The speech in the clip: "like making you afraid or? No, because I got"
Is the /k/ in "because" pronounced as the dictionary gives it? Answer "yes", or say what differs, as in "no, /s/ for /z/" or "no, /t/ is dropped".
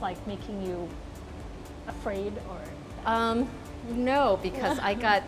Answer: yes